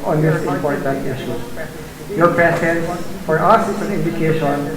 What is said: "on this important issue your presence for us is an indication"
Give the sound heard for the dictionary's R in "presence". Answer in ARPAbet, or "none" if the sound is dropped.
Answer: none